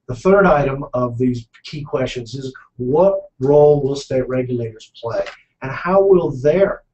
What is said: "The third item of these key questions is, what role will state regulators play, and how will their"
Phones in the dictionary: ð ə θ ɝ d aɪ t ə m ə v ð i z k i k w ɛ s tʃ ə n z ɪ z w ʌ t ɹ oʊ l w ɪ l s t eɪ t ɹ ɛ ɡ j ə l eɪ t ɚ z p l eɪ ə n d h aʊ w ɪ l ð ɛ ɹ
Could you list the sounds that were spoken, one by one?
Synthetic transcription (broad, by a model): ð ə θ ɝ d aɪ t ə m ə v ð i z k i k w ɛ s tʃ ə n z ɪ z w ʌ t ɹ oʊ l w ɪ l s t eɪ t ɹ ɛ ɡ j ə l eɪ t ɚ z p l eɪ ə n h aʊ w ɪ l ð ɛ ɹ